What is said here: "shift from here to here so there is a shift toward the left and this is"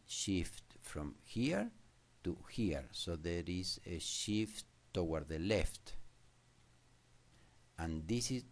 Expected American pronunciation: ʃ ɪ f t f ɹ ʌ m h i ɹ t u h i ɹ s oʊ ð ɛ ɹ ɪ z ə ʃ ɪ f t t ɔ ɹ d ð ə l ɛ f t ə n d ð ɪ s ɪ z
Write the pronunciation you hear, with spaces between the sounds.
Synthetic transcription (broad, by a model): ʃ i f t f ɹ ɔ m h i ɹ t u h i ɹ s oʊ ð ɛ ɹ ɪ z ə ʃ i f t t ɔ w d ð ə l ɛ f t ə n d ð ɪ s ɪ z